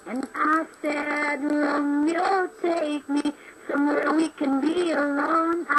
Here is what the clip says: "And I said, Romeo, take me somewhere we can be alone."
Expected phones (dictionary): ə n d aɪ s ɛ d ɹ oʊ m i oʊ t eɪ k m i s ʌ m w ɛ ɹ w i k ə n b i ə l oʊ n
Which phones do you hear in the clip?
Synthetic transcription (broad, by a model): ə n aɪ s ɛ d l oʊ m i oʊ t eɪ k m i s ʌ m w ɛ ɹ w i k ə n b i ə l oʊ n